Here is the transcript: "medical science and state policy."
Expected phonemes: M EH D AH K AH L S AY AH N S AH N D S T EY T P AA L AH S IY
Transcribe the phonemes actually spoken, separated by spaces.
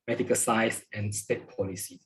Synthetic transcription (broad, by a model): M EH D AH K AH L S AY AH S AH N S T EY T P AA L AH S IY